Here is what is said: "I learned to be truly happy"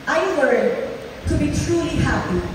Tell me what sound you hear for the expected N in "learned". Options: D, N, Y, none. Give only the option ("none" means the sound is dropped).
none